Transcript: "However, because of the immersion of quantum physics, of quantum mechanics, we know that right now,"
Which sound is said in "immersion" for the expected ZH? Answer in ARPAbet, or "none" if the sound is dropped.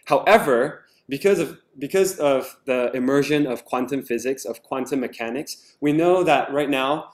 ZH